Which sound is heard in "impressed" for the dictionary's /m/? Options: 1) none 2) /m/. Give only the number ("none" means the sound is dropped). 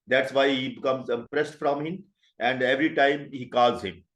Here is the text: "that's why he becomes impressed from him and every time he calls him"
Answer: 1